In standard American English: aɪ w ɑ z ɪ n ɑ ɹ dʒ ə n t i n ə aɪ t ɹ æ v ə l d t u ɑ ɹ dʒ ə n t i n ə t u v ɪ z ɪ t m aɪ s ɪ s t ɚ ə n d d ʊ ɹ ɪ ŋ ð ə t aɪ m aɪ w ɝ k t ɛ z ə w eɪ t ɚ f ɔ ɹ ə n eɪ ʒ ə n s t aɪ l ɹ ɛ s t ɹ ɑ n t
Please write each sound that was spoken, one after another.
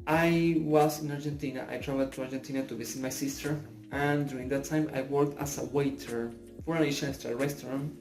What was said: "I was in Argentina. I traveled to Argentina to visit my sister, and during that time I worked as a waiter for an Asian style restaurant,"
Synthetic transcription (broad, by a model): aɪ w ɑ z ɪ n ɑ ɹ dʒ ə n t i n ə aɪ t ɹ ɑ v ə l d t u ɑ ɹ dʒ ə n t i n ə t u b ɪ s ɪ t m aɪ s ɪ s t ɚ ə n d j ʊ ɹ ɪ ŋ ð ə t aɪ m aɪ w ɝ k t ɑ s ə w eɪ t ɚ f ɔ ɹ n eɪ ʃ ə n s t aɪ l ɹ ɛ s t ɹ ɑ n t